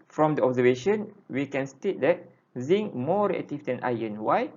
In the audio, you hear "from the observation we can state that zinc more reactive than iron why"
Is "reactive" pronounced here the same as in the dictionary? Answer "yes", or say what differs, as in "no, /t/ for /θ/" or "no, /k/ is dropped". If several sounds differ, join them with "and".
no, /l/ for /ɹ/